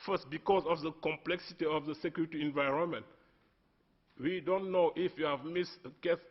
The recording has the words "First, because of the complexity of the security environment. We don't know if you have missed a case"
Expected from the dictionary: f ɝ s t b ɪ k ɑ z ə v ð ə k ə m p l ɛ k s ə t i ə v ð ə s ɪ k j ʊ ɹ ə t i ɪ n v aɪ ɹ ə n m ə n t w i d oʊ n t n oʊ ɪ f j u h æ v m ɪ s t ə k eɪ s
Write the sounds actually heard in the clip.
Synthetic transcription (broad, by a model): f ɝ s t b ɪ k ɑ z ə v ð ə k ə m p l ɛ k s ə t i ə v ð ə s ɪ k j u ɹ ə t i ɪ n v aɪ ɹ ə n m ə n t w i d oʊ n t n oʊ ɪ f j u h æ v m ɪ s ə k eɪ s